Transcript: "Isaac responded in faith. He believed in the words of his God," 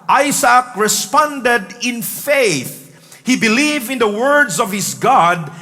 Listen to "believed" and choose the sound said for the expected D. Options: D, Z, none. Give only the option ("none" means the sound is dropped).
none